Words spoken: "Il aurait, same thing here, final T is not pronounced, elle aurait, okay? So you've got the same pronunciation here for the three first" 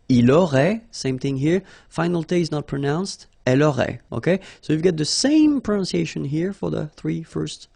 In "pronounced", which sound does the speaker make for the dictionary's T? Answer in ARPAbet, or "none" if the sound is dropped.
T